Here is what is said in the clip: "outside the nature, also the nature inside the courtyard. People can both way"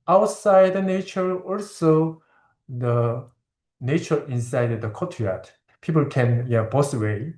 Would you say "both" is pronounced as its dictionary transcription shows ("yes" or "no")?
no